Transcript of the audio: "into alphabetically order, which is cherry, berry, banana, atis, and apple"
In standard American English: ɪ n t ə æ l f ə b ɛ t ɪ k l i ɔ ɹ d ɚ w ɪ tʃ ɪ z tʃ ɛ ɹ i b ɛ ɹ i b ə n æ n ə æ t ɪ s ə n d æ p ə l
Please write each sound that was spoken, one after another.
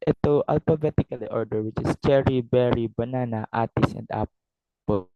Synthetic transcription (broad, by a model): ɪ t t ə l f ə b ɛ t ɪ k l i ɔ ɹ d ɚ w ɪ tʃ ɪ s tʃ ɛ ɹ i b ɛ ɹ i b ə n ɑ n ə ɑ t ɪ s ə n d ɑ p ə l